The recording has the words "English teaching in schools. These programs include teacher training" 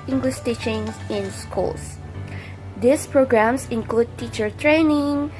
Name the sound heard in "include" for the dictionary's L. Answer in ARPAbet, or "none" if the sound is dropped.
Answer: L